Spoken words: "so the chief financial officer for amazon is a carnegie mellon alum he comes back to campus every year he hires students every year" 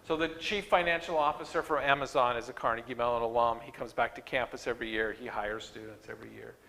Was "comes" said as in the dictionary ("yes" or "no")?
yes